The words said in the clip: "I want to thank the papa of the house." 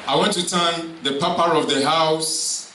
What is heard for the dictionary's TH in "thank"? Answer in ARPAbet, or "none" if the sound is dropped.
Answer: T